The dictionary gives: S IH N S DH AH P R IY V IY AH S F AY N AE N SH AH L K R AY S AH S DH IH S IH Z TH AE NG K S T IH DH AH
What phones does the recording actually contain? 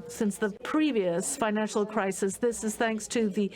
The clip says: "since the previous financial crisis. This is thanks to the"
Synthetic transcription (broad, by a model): S IH N S DH AH P R IY V IY AH S F AY N AE N SH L K R AY S AH S DH IH S IH Z TH AE NG K S T IH DH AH